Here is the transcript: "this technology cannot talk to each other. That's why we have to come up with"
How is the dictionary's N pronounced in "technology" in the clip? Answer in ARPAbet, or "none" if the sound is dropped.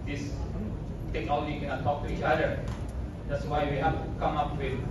N